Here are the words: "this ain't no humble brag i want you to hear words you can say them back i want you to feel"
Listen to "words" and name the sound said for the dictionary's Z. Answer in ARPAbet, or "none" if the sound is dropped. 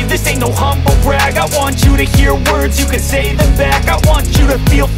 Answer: Z